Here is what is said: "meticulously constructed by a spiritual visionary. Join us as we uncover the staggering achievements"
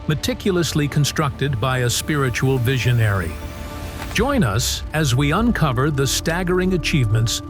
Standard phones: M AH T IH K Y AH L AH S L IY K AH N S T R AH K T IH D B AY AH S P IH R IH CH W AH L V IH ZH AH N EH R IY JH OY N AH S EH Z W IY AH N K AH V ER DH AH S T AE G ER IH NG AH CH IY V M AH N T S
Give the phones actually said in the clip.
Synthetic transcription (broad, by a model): M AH T IH K Y L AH S L IY K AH N S T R AH K T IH D B AY AH S P IH R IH CH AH L V IH ZH AH N EH R IY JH OY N AH S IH Z W IY AH N K AH V ER DH AH S T AE G ER IH NG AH CH IY V M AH N T S